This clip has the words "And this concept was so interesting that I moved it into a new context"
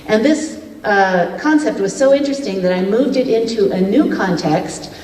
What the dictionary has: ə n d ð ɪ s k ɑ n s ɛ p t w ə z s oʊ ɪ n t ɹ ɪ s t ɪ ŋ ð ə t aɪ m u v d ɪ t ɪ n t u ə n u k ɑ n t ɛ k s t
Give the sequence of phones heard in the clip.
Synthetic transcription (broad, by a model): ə n ð ɪ s k ɑ n s ɛ p t w ə z s oʊ ɪ n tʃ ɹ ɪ s t ɪ ŋ ð ə t aɪ m u v d ɪ t ɪ n t u ə n u k ɑ n t ɛ k s t